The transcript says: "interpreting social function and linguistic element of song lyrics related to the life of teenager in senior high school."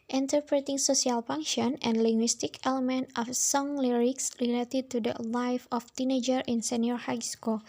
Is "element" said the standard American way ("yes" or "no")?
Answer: yes